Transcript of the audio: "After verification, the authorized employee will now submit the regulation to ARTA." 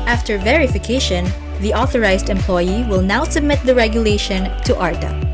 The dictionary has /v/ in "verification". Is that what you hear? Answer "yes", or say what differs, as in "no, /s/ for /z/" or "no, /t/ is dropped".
yes